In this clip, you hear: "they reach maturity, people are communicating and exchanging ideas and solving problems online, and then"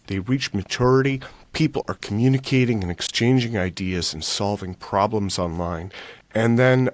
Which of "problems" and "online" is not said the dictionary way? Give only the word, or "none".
none